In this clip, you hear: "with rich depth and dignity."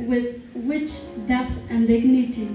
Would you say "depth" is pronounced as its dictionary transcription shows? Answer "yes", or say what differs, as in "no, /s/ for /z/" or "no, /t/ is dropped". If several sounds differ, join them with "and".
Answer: no, /p/ is dropped